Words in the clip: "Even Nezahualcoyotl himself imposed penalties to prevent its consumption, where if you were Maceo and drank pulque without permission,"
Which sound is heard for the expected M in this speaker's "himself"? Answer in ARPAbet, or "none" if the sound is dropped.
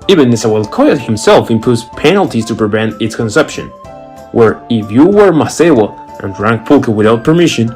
M